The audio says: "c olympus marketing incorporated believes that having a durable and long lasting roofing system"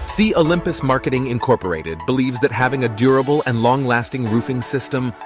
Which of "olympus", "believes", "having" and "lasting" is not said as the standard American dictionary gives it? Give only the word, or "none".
none